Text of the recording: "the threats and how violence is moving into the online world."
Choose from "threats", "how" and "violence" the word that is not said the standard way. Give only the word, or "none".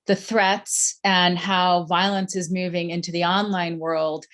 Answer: none